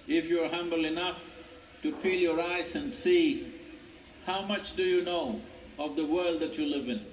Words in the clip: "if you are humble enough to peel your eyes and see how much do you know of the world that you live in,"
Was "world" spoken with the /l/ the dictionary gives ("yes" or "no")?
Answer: yes